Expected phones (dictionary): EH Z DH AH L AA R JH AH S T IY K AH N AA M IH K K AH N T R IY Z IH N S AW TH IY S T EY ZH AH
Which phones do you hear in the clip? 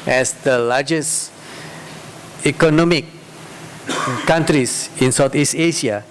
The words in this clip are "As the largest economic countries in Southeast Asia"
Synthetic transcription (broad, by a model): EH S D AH L AA JH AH S IY K AH N AA M IH K K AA N T R IY S IH N S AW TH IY S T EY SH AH